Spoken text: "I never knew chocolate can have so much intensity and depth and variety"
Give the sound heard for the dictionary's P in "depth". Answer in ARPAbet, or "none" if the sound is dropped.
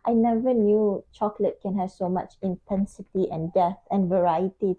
none